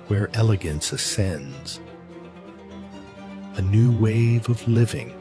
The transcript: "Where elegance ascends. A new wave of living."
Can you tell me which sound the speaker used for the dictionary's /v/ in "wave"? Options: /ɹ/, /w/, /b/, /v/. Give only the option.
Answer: /v/